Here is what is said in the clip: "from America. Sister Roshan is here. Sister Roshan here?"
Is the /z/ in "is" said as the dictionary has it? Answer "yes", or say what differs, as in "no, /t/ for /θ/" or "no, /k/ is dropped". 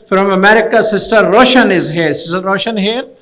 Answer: yes